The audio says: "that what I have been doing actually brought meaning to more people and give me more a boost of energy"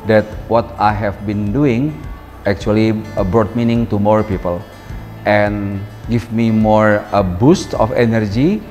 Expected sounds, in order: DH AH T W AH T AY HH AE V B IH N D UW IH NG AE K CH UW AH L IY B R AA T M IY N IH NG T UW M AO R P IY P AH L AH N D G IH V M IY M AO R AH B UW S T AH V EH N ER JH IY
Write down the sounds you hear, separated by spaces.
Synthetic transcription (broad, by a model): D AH T W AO T AY HH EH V B IH N D UW IH NG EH K CH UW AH L IY B R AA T M IY N IH NG T UW M AO R P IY P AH L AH N G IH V M IY M AO R AH B UW S T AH F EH N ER JH IY